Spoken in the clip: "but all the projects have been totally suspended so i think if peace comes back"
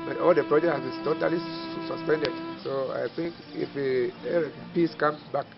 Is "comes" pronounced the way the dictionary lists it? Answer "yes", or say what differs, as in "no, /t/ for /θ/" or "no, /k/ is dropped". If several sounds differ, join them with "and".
no, /z/ is dropped